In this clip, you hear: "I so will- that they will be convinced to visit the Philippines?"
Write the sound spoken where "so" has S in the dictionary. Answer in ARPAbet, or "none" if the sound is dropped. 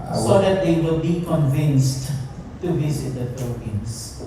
S